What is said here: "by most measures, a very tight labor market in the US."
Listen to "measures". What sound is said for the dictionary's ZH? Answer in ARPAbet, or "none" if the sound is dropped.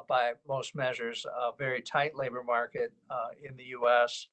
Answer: ZH